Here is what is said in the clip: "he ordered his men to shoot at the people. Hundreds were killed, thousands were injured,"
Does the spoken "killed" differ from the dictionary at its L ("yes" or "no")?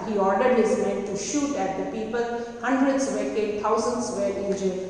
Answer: yes